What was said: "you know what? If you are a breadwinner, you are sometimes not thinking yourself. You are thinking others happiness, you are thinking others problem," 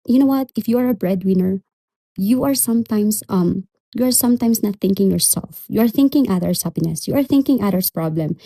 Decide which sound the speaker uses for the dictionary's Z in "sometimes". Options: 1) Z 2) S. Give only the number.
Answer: 2